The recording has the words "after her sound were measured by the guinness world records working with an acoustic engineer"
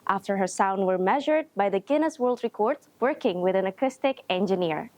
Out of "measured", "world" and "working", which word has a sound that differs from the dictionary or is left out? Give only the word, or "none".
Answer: none